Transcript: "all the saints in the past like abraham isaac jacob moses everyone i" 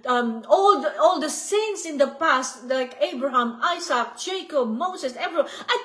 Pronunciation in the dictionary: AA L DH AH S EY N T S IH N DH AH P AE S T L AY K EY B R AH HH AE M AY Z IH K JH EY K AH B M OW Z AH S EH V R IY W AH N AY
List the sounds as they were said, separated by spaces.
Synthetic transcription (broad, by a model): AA L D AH S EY N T S IH N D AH P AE S T L AY K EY B R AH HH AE M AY S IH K JH EY K AH B M OW S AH S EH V R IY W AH AY